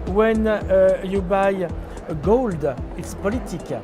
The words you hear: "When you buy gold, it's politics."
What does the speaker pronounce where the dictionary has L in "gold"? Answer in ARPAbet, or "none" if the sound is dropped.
L